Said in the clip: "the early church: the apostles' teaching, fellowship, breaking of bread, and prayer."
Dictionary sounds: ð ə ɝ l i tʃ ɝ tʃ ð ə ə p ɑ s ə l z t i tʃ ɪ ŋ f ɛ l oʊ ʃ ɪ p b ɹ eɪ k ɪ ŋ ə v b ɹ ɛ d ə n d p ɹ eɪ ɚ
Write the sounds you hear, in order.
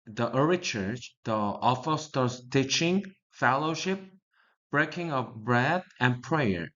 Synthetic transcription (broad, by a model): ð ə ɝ i tʃ ɝ tʃ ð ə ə f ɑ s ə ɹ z t i tʃ ɪ ŋ f ɛ l oʊ ʃ ɪ p b ɹ eɪ k ɪ ŋ ə v b ɹ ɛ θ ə n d p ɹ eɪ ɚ